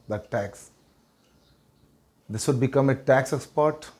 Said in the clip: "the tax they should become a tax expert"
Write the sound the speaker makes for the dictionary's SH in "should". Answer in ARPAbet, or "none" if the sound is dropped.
S